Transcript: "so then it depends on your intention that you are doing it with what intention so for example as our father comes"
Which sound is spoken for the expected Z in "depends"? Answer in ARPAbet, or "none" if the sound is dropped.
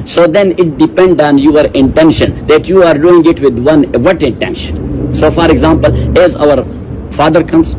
none